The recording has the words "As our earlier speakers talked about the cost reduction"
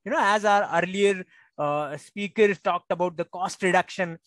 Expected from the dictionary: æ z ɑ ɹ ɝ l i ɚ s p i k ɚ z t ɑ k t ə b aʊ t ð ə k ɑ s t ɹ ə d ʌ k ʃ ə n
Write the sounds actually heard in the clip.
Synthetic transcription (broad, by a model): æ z ɑ ɹ ɝ l i ɚ s p i k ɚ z t ɑ k t ə b aʊ t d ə k ɑ s t ɹ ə d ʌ k ʃ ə n